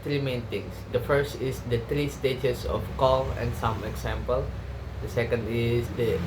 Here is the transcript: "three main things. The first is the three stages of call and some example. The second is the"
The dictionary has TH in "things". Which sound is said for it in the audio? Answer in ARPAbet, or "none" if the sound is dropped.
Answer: T